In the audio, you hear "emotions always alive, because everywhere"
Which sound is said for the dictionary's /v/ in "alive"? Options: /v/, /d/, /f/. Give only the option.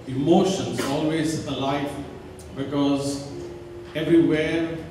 /f/